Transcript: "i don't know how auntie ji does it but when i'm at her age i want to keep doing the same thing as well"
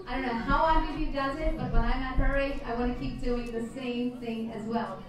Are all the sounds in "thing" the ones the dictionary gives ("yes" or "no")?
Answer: yes